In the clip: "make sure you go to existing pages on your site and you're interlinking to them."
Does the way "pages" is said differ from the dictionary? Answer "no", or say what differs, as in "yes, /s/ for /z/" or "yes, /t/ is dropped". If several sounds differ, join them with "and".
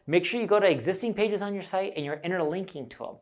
no